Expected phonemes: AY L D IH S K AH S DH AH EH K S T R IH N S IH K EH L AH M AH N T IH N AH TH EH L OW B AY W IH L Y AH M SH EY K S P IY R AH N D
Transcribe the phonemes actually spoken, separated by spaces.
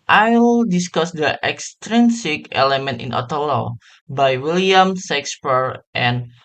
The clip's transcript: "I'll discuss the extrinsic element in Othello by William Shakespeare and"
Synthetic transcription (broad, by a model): AY L D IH S K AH S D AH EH K S T R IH N S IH K EH L AH M AH N T IH N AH T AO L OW B AY W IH L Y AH M S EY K S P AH R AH N